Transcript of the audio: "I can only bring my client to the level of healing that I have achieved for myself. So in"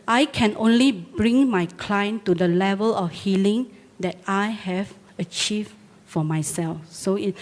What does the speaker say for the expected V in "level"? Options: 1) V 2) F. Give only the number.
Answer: 1